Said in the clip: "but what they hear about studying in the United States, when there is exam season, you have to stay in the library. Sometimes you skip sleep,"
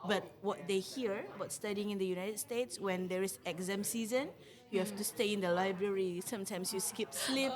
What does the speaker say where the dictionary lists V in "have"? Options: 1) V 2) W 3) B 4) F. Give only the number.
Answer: 4